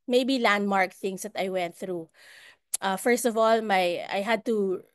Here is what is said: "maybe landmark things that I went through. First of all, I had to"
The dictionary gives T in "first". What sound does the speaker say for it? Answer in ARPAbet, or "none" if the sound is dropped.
T